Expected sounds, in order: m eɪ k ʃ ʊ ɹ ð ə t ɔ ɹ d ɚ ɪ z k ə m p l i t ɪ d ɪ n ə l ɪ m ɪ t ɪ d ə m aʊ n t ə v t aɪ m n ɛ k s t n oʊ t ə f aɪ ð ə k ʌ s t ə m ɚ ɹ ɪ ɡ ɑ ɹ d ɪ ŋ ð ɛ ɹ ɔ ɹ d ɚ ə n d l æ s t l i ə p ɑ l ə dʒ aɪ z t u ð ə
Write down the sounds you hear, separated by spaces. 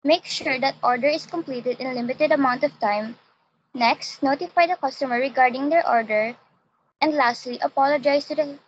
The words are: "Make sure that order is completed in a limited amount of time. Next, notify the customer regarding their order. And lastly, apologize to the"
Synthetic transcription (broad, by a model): m eɪ k ʃ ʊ ɹ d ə t ɔ ɹ d ɚ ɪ s k ə m p l i t ɪ d ɪ n l ɪ m ɪ t ɪ d ə m aʊ n t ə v t aɪ m n ɛ k s t n oʊ t ə f aɪ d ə k ʌ s t ə m ɚ ɹ ɪ ɡ ɑ ɹ d ɪ ŋ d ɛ ɹ ɔ ɹ d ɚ ə n d l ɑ s t l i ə p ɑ l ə dʒ aɪ s t u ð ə